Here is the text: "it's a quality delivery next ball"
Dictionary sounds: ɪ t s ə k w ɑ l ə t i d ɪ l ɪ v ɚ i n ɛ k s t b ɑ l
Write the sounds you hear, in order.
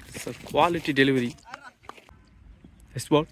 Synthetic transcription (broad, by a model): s ə k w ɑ l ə t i d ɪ l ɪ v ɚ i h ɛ s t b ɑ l